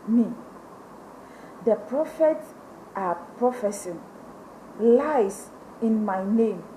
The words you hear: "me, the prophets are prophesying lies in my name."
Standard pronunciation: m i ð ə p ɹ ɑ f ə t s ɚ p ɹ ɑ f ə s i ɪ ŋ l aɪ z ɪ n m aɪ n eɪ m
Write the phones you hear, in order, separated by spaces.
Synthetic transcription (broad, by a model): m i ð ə p ɹ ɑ f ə t ɑ p ɹ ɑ f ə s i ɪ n l aɪ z ɪ n m aɪ n eɪ m